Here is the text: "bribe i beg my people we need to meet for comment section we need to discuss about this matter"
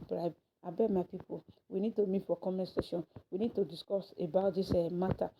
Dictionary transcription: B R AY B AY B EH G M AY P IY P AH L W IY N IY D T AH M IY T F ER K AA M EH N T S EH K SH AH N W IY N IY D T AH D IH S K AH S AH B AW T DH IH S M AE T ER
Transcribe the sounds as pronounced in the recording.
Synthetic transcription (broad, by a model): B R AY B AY B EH M AY P IY P AH L W IY N IY D T AH M IY T F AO K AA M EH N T S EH SH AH N W IY N IY D T AH D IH S K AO S AH B AW T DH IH S M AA T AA